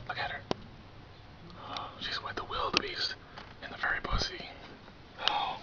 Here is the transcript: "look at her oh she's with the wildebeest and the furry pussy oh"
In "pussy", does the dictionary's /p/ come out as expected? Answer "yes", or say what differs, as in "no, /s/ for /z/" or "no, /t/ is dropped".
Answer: no, /b/ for /p/